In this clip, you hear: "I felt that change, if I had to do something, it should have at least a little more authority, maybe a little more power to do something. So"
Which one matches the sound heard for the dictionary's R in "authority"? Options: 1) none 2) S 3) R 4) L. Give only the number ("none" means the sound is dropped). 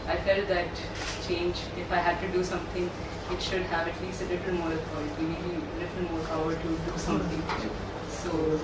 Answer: 1